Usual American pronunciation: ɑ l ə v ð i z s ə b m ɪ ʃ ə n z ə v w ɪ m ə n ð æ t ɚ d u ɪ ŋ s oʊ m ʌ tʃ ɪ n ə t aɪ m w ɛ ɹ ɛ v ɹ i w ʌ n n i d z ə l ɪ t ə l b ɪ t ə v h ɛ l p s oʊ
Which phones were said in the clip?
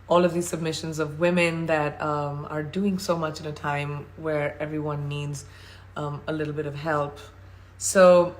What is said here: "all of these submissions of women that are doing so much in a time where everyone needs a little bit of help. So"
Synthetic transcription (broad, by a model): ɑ l ə v ð i z s ə b m ɪ ʃ ə n z ə v w ɪ m ə n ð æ t ɚ d u ɪ ŋ s oʊ m ʌ tʃ ɪ n ə t aɪ m w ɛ ɹ ɛ v ɹ i w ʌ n n i d z ə l ɪ t l b ɪ t ə v h ɛ l p s oʊ